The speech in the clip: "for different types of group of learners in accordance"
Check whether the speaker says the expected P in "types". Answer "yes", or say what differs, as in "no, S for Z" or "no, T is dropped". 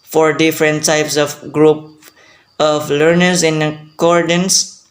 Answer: yes